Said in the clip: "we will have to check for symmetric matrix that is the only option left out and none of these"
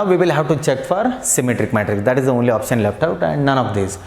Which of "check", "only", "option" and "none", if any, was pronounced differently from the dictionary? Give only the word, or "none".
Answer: none